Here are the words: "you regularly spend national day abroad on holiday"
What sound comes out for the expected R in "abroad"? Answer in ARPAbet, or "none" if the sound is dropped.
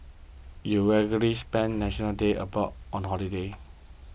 none